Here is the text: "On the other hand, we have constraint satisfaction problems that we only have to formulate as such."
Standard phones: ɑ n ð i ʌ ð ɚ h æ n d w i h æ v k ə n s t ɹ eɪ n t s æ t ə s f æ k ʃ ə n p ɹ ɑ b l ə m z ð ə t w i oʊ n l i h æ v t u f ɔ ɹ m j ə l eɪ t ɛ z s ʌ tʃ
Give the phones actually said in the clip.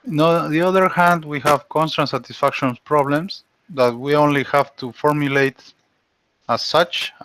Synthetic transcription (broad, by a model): n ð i ʌ ð ɚ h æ n d w i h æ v k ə n s t ɑ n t s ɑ t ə s f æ k ʃ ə n p ɹ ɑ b l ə m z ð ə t w i oʊ n l i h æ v t u f ɔ ɹ m j ə l eɪ t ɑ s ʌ tʃ